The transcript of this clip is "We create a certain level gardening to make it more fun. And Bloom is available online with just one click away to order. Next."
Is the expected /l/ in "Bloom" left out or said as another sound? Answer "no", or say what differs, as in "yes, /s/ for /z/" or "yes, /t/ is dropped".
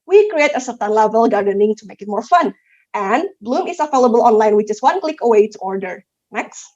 no